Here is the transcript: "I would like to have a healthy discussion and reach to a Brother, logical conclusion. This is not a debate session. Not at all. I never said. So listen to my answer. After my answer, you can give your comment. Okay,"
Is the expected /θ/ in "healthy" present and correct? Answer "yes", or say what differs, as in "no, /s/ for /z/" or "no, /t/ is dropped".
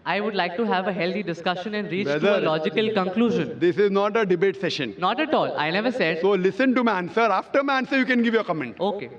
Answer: no, /t/ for /θ/